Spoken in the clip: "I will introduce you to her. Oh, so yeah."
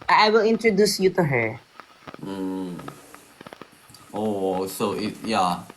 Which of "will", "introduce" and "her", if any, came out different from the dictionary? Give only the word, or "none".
none